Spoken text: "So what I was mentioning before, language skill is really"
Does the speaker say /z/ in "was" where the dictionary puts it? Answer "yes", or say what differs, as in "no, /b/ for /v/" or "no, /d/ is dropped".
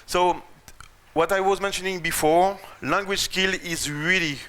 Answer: yes